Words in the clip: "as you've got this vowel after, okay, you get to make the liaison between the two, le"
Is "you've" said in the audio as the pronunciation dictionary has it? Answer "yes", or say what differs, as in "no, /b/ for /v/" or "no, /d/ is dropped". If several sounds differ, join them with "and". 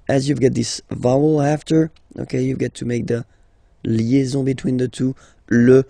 yes